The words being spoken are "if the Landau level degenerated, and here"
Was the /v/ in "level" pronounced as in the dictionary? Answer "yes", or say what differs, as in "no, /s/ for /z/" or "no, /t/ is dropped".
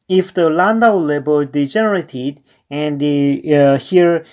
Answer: no, /b/ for /v/